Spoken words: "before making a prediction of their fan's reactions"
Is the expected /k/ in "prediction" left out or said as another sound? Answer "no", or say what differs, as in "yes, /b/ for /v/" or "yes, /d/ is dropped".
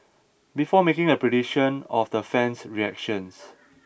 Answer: yes, /k/ is dropped